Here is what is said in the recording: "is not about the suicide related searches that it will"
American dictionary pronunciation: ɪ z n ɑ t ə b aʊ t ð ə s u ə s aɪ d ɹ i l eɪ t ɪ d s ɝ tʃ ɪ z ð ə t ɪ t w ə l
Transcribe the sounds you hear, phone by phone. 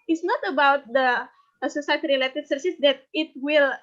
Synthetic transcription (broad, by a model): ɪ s n ɑ t ə b aʊ t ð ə s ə s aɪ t ɹ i l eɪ t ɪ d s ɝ s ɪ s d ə t ɪ t w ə l